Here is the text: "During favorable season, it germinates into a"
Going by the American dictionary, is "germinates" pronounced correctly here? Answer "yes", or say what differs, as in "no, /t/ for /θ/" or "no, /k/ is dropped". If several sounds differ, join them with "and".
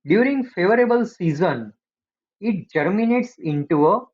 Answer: yes